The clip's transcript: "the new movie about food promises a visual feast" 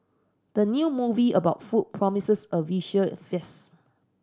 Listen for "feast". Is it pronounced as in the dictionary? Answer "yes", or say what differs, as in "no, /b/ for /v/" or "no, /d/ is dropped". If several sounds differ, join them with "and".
no, /t/ is dropped